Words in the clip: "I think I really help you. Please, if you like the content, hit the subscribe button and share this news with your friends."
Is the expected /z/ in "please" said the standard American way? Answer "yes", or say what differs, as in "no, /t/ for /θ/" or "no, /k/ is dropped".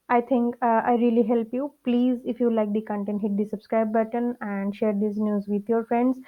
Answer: yes